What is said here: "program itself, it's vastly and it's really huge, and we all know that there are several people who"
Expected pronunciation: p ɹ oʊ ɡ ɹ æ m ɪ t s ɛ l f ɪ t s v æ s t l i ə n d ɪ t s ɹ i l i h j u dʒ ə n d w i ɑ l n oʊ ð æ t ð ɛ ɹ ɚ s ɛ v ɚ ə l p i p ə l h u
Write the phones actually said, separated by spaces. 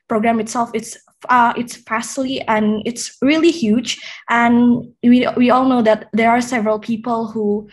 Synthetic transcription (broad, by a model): p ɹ oʊ ɡ ɹ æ m ɪ t s ɛ l f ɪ t s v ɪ s s l i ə n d ɪ t s ɹ i l i h j u dʒ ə n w w i ɑ l n oʊ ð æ t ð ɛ ɹ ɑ s ɛ v ɚ ə l p i p ə l h u